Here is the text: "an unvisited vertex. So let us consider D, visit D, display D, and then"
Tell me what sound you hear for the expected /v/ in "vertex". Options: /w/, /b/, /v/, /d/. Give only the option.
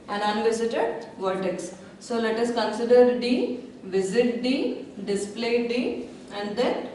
/v/